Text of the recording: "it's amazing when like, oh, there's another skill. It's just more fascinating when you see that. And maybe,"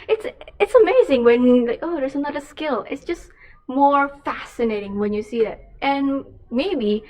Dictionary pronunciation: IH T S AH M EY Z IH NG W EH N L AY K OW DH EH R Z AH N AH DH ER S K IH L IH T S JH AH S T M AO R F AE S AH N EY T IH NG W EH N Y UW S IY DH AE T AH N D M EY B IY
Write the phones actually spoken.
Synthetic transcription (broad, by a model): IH T S AH M EY Z IH NG W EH N L AY K OW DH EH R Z AH N AH DH ER S K IH L IH T S JH AH S T M AO R F AE S AH N EY T IH NG W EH N Y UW S IY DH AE T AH N M EY B IY